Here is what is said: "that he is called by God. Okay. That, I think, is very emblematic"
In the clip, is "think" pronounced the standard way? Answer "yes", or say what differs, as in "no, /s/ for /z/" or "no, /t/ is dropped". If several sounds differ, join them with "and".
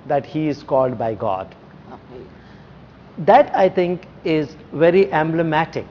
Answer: no, /t/ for /θ/